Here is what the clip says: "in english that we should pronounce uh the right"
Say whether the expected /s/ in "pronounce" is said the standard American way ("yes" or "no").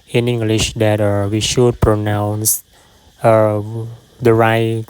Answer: yes